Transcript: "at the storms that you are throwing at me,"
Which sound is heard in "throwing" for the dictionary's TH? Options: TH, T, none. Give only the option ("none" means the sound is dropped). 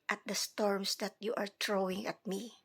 T